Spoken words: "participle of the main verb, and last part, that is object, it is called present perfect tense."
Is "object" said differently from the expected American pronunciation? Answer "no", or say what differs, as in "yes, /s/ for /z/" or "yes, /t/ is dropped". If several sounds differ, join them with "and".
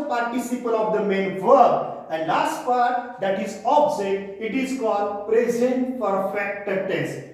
yes, /k/ is dropped